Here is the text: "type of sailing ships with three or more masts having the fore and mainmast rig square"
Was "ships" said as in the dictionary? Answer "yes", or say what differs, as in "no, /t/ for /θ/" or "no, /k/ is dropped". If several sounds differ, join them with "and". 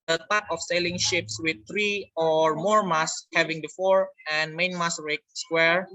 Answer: yes